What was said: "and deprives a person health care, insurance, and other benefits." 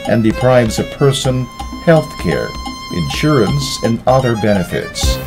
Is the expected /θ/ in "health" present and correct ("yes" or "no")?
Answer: yes